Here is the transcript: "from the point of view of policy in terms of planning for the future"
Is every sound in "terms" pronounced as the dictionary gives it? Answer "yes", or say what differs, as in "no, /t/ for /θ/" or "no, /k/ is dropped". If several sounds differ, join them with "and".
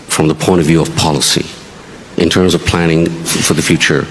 yes